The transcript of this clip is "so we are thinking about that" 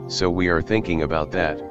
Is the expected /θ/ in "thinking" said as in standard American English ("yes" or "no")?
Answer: yes